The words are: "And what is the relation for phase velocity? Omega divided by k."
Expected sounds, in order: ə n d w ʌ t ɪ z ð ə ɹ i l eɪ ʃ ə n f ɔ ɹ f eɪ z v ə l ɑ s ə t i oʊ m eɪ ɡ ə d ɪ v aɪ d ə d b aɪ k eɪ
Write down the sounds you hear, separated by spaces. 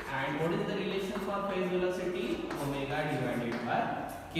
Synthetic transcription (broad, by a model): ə n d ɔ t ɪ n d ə ɹ i l eɪ ʃ ə n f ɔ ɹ p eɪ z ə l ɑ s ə t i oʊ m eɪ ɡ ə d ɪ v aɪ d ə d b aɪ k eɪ